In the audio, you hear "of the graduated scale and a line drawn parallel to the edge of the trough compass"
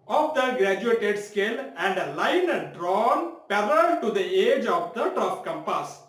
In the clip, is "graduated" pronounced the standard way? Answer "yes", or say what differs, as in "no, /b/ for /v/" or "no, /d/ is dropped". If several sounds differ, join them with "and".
yes